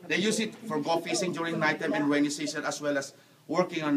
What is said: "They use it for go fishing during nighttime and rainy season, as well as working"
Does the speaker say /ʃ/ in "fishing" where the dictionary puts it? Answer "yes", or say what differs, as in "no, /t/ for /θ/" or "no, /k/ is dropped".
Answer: no, /s/ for /ʃ/